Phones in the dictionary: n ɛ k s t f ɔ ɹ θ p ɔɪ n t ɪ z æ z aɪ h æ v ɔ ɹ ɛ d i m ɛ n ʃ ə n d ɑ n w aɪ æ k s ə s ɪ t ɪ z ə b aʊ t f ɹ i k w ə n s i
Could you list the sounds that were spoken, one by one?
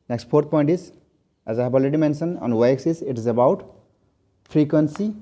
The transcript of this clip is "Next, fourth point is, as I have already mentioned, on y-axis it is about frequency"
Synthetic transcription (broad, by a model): n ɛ k s t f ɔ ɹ t p ɔɪ n t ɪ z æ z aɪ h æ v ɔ l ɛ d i m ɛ n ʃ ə n ɑ n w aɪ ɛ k s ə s ɪ t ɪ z ə b aʊ t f ɹ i k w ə n s i